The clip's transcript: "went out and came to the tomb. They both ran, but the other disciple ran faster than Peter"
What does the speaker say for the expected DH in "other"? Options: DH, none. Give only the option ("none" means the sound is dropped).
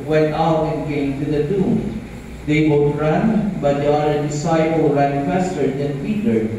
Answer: none